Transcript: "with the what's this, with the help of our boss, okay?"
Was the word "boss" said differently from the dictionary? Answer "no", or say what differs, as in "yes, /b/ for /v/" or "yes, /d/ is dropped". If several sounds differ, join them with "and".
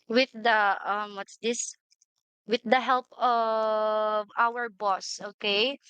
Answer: no